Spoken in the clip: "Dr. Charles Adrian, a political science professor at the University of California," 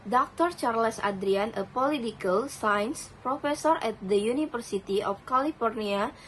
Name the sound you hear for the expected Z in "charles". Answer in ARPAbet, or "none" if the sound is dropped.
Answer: S